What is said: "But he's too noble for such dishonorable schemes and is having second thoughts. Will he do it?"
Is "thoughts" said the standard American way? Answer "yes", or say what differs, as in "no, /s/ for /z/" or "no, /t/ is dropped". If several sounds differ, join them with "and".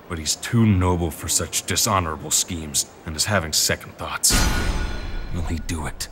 yes